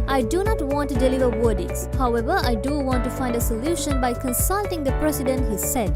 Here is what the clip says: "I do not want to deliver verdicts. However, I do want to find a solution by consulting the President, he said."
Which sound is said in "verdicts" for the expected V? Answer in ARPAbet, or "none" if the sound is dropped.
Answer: W